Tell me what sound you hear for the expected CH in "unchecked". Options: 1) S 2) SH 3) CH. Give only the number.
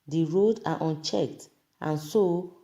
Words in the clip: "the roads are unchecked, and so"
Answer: 3